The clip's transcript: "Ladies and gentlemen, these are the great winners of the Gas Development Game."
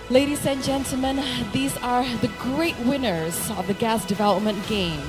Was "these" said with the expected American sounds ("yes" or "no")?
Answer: yes